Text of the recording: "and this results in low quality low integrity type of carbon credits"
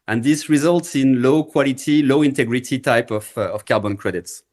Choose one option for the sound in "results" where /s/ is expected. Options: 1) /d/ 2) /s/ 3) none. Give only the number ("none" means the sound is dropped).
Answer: 2